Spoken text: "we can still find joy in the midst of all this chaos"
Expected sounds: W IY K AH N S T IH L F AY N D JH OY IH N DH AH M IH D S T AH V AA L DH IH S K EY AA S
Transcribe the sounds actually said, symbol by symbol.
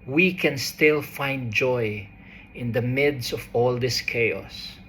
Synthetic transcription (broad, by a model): W IY K AH N S T IH L F AY N D JH OY IH N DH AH M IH D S AH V AA L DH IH S K EY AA S